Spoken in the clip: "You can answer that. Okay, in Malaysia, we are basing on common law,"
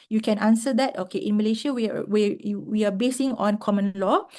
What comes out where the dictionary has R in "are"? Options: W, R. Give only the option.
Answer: W